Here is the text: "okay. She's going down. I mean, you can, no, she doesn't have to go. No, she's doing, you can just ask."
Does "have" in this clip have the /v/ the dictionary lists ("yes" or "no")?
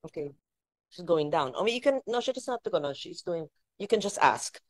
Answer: no